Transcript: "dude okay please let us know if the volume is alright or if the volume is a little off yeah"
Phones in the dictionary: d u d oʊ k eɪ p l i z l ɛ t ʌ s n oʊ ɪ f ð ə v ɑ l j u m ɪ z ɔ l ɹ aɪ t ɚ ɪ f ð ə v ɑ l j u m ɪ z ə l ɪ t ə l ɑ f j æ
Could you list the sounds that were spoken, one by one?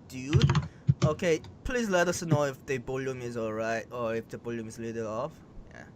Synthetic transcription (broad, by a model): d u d oʊ k eɪ p l i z l ɛ t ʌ s n oʊ ɪ f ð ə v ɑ l j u m ɪ z ɔ l ɹ aɪ t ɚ ɪ f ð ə b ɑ l j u m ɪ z l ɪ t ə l ɑ f j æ